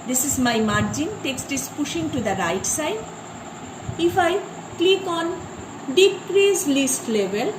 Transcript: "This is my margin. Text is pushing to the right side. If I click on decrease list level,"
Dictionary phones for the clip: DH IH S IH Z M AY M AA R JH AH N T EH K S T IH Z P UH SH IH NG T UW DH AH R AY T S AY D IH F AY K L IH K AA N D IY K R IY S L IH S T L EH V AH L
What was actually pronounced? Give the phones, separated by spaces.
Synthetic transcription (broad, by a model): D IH S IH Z M AY M AA R JH AH N T EH K S T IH S P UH SH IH NG T UW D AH R AY T S AY D IH F AY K L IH K AA N D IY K R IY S L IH S T L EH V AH L